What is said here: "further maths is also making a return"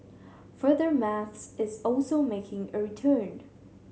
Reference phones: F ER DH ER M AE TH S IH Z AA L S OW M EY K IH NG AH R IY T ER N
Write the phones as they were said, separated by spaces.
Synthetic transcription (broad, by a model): F ER DH ER M AE TH S IH Z AA L S OW M EY K IH NG AH R IY T ER N